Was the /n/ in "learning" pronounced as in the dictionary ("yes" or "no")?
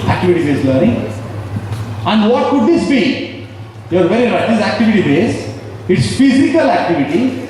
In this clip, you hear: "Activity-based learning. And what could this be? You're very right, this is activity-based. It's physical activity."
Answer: no